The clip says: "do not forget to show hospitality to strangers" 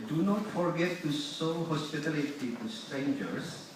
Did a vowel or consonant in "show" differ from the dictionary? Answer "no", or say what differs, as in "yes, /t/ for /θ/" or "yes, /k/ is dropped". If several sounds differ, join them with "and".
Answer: yes, /s/ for /ʃ/